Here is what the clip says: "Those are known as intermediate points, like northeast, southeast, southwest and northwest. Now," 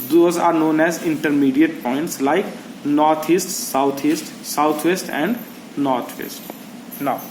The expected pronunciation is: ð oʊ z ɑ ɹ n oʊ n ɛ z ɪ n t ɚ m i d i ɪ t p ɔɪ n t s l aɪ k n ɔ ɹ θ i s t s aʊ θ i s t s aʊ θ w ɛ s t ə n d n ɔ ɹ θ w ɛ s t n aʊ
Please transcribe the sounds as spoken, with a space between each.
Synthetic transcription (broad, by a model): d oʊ z ɑ ɹ n oʊ n ɛ z ɪ n t ɚ m i d i ɪ t p ɔɪ n t s l aɪ k n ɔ ɹ t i s t s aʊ t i s t s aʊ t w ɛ s t ə n d n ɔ ɹ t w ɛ s t n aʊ